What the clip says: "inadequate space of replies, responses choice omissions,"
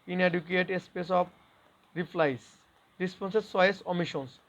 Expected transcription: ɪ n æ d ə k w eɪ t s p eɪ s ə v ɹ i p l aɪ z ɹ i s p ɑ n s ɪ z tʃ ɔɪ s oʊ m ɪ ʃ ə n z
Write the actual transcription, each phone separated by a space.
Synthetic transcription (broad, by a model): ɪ n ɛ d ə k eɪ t s p eɪ s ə p ɹ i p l aɪ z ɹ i s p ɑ n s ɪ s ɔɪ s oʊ m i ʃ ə n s